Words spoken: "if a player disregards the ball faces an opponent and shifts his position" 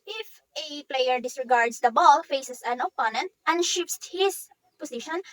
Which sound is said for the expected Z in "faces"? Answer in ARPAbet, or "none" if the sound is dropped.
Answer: S